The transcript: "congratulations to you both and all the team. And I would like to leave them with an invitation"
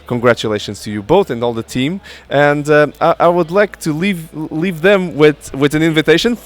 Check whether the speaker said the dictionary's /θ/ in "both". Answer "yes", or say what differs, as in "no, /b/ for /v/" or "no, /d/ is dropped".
yes